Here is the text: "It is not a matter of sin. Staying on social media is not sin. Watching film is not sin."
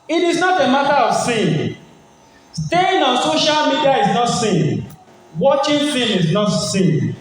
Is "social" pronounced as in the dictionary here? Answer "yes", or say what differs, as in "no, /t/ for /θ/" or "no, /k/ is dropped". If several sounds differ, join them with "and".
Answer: yes